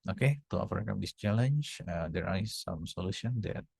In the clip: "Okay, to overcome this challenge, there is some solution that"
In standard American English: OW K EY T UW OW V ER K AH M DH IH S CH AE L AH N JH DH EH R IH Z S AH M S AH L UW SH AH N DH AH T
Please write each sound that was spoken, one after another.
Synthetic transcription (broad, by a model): OW K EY T UW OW F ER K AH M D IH S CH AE L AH N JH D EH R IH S S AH M S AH L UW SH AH N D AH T